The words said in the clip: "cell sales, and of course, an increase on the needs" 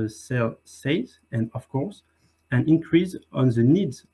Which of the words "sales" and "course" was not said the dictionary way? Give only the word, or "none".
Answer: sales